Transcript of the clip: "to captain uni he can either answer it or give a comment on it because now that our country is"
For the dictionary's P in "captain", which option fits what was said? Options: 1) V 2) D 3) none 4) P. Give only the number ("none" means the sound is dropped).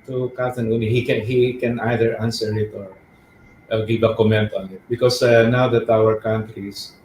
3